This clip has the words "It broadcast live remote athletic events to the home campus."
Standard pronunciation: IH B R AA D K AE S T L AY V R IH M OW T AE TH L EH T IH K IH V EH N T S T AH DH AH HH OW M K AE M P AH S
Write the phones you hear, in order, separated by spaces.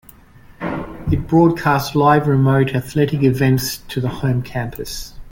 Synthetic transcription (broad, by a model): IH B R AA D K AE S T L AY V R IH M OW T AE TH L EH T IH K IH V EH N T S T AH DH AH HH OW M K AE M P AH S